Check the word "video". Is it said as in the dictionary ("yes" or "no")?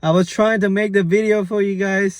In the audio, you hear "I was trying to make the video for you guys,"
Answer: yes